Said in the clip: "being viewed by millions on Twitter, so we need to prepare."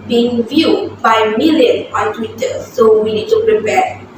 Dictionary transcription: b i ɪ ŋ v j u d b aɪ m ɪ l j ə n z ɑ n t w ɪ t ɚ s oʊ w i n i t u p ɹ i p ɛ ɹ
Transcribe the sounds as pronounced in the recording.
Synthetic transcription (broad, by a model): b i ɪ ŋ v j u d b aɪ m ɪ l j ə n ɑ n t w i t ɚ s oʊ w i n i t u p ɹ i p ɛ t